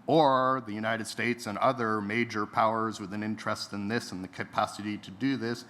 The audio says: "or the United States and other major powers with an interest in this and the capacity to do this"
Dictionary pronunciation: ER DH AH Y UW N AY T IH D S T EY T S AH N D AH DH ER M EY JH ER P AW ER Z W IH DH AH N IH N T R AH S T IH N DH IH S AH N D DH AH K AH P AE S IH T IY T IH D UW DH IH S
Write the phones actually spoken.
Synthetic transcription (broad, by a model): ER DH AH Y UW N AY T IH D S T EY T S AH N AH DH ER M EY JH ER P AW ER Z W IH DH AH N IH N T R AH S T IH N DH IH S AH N DH AH K AH P AE S IH T IY T IH D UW DH IH S